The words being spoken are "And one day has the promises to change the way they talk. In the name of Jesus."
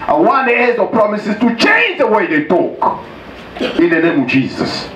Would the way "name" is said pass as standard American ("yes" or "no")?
yes